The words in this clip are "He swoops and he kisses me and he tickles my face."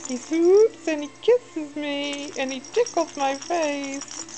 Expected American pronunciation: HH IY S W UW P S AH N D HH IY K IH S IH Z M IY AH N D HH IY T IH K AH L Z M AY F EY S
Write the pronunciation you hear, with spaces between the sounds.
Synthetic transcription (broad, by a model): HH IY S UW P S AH N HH IY K IH S IH Z M IY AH N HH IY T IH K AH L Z M AY F EY S